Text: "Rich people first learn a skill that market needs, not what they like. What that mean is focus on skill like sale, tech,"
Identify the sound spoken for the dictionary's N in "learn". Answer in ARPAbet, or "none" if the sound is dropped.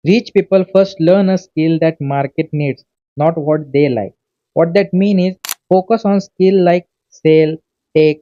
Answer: N